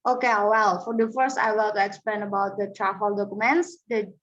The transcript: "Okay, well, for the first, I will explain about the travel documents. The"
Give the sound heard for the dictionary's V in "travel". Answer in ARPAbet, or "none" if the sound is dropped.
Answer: F